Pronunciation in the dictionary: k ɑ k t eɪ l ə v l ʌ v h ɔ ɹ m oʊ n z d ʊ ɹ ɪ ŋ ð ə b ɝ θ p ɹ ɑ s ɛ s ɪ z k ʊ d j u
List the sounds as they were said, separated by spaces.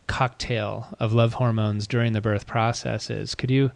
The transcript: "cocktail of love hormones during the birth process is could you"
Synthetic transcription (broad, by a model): k ɑ k t eɪ l ə v l ʌ v h ɔ ɹ m oʊ n z d ʊ ɹ ɪ ŋ ð ə b ɝ θ p ɹ ɑ s ɛ s ɪ z k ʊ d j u